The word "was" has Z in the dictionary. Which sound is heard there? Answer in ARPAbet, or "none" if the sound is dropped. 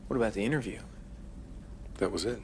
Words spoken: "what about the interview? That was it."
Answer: Z